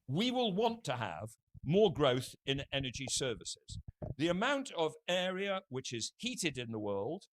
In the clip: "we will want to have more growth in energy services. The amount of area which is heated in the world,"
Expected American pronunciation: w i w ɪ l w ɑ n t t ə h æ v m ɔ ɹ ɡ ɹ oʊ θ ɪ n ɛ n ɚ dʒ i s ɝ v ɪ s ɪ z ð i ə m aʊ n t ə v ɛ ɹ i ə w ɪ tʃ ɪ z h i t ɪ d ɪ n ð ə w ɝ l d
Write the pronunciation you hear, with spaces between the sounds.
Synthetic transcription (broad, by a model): w i w ɪ l w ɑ n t t ə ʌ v m ɔ ɹ ɡ ɹ oʊ θ ɪ n ɛ n ɚ dʒ i s ɝ v ɪ s ɪ z ð i ə m aʊ n t ə v ɛ ɹ i ə w ɪ tʃ ɪ z h i t ɪ d ɪ n ð ə w ɝ l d